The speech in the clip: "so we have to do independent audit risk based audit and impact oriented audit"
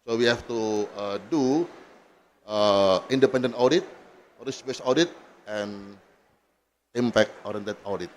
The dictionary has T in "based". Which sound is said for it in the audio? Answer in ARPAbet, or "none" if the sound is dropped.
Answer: none